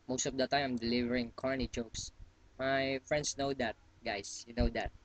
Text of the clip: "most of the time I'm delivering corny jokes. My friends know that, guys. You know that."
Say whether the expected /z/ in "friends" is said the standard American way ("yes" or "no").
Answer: no